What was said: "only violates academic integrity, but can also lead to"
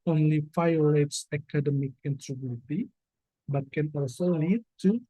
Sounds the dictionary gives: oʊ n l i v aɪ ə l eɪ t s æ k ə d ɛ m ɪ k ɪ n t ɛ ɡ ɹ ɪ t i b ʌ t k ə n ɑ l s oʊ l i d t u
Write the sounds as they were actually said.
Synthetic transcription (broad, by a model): oʊ n l i f aɪ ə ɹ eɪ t s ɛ k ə d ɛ m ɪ k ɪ n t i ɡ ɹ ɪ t i b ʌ t k ə n ɑ l s oʊ l i d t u